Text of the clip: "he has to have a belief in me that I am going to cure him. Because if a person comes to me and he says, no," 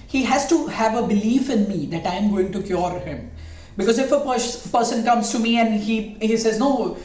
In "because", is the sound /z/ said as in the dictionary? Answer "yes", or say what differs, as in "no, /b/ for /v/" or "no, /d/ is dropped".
yes